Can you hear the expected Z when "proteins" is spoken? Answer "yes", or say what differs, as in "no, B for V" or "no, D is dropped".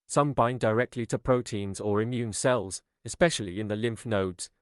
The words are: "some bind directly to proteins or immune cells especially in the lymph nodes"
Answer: yes